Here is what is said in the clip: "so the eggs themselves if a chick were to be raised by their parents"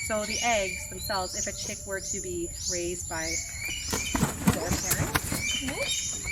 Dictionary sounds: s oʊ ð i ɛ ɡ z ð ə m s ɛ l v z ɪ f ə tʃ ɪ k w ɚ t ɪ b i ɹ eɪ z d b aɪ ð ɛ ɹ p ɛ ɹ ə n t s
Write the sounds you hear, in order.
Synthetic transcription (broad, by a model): s oʊ ð i ɛ ɡ z ð ə m s ɛ l v z ɪ f ə tʃ ɪ k w ɚ t ɪ b i ɹ eɪ z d b aɪ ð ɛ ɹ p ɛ ɹ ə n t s